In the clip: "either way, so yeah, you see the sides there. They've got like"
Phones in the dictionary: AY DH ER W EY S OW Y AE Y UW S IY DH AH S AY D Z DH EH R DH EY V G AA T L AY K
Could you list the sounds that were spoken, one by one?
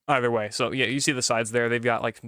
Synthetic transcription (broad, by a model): AY DH ER W EY S OW Y AE Y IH S IY DH AH S AY D Z DH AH R DH EY V G AA T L AY K